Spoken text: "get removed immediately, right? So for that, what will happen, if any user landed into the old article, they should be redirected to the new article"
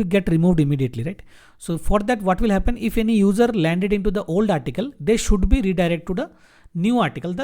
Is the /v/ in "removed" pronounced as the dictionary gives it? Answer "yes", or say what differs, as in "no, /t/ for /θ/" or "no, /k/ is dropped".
yes